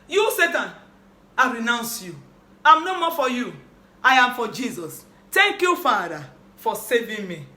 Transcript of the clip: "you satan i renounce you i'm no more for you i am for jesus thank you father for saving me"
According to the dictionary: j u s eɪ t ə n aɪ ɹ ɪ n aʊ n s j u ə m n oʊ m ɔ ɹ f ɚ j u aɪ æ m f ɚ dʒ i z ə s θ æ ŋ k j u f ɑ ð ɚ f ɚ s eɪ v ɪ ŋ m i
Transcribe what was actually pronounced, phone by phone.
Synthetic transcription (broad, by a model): j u s eɪ t ə n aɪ ɹ ɪ n aʊ n s j u ə m n oʊ m ɔ f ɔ j u aɪ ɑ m f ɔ dʒ i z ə s t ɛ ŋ k j u f ɑ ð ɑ f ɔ s eɪ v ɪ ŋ m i